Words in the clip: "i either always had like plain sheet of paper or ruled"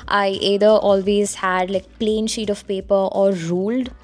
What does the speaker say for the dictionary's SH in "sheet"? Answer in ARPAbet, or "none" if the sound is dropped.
SH